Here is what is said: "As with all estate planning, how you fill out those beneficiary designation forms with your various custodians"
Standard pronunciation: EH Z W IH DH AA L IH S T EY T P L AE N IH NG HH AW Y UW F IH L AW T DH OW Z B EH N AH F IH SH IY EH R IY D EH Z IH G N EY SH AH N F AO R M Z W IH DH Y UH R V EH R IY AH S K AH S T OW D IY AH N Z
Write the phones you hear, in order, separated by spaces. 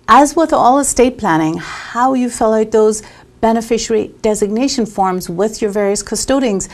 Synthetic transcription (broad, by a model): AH Z W IH DH AA L IH S T EY T P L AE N IH NG HH AW Y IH F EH L AW T DH OW Z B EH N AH F IH SH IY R IY D EH Z IH G N EY SH AH N F AO R M Z W IH DH Y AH R V EH R IY AH S K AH S T OW D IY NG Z